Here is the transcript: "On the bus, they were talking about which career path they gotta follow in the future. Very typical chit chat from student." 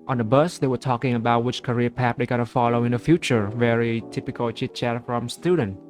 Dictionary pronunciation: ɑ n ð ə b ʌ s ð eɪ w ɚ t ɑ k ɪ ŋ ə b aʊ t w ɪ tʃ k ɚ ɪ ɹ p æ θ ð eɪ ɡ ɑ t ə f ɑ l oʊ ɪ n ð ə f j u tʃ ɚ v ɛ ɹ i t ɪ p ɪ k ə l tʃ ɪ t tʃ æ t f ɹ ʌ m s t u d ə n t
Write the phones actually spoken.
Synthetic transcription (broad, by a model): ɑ n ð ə b ʌ s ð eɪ w ɚ t ɑ k ɪ ŋ ə b aʊ t w ɪ tʃ k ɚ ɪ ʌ p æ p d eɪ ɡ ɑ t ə f ɑ l oʊ ɪ n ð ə f j u tʃ ɚ v ɛ ɹ i t ɪ p ɪ k ə l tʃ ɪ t tʃ æ t f ɹ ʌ m s t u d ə n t